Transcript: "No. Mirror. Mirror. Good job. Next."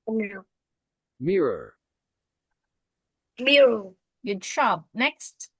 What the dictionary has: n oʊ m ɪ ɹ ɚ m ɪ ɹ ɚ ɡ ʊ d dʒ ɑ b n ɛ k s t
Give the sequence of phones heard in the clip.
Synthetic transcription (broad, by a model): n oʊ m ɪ ɹ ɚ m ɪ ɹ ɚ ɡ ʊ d ʃ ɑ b n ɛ k s t